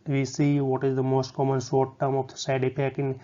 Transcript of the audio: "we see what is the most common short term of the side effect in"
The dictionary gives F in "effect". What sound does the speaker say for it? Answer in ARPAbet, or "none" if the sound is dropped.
P